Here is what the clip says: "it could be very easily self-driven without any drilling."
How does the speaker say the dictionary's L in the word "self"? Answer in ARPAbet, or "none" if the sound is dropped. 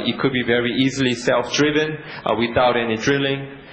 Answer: L